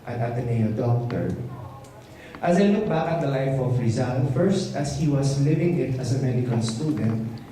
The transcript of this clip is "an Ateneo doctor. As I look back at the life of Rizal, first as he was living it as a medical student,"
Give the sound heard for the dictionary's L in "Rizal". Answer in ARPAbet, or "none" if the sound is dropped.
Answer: N